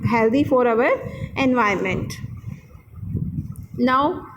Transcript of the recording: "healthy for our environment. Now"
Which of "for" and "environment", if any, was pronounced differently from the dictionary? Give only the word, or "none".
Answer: environment